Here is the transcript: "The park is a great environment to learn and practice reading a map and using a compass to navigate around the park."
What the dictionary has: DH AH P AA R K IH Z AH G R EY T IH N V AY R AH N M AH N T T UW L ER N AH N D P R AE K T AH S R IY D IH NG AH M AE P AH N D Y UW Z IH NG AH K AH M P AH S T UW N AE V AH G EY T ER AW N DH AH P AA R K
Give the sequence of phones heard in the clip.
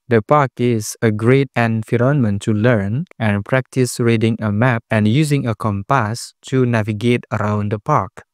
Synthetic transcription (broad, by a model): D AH P AA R K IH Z AH G R EY T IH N F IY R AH N M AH N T T UW L ER N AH N P R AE K T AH S R IY D IH NG AH M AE P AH N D Y UW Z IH NG AH K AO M P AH S T UW N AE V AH G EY T ER AW N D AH P AA R K